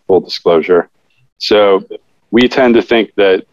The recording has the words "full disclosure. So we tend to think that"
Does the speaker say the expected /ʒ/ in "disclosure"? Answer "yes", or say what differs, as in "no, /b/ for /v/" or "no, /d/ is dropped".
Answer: yes